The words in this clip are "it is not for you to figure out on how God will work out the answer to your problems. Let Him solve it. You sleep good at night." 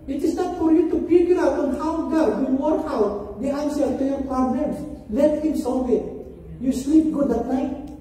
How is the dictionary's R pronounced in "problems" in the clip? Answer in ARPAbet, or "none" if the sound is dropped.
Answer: none